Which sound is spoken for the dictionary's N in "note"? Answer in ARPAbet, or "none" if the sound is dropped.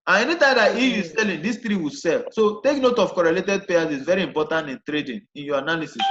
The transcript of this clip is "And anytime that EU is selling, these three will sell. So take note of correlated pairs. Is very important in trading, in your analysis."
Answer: N